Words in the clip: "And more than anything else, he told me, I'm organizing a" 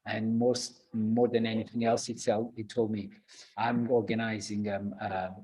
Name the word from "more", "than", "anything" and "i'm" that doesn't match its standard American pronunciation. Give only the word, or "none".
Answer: none